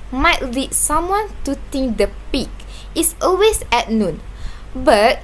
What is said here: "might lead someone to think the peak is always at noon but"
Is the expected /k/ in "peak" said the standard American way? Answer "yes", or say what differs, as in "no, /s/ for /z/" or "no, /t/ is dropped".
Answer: yes